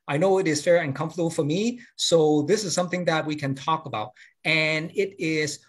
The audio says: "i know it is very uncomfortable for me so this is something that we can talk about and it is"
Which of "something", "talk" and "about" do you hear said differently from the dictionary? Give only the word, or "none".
none